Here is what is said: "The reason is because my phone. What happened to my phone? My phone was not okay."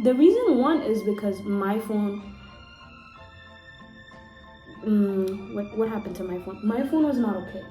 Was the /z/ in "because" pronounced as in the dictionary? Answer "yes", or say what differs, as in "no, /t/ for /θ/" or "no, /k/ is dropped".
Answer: yes